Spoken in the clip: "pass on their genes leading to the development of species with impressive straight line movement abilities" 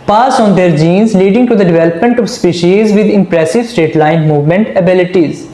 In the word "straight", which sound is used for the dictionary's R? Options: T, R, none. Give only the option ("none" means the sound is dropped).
none